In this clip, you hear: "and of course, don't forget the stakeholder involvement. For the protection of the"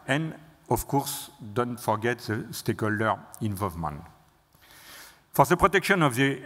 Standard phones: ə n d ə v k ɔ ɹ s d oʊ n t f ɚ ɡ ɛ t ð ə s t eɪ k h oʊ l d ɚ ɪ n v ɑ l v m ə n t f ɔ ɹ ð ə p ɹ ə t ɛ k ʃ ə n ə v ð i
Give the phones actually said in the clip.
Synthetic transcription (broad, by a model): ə n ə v k ɔ ɹ s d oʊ n t f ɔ ɡ ɛ t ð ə s t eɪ k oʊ l d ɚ ɪ n v ɑ l v m ə n t f ɔ ɹ ð ə p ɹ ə t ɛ k ʃ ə n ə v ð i